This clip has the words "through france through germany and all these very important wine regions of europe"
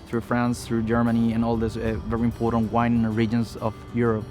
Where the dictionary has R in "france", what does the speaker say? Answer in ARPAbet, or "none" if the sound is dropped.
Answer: R